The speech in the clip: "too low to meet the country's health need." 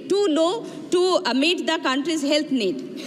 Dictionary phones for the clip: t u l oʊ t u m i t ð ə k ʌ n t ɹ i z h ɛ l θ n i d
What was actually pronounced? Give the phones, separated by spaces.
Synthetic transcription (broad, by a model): t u n oʊ t u m i t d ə k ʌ n t ɹ i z h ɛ l t n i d